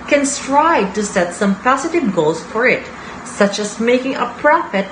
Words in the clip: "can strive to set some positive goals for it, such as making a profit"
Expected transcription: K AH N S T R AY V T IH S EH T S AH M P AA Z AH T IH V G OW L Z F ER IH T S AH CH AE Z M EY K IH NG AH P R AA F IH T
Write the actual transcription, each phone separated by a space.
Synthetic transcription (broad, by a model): K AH N S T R AY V T IH S EH T S AH M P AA S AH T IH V G OW L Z F ER IH T S AH CH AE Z M EY K IH NG AH P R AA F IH T